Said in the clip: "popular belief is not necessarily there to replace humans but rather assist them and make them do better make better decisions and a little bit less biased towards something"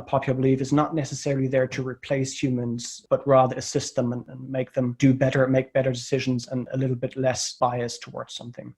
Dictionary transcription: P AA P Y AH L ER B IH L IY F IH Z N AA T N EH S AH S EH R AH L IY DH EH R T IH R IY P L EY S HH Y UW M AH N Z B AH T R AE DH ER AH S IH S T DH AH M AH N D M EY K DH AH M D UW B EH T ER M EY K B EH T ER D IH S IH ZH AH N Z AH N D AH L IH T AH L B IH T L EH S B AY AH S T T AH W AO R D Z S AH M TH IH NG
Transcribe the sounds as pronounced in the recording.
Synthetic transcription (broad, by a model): P AA P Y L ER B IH L IY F IH Z N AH T N EH S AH S EH R L IY DH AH R T IH R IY P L EY S HH Y UW M AH N Z B AH T R AE DH ER AH S IH S T DH AH M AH N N M EY K DH AH M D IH B EH T ER M EY K B EH T ER D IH S IH ZH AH N Z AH N AH L IH T L B IH T L EH S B AY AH S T T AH W AO R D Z S AH M TH IH NG